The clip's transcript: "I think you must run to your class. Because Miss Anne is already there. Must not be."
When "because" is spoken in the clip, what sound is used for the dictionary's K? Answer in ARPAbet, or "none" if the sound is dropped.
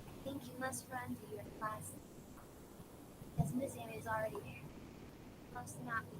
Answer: none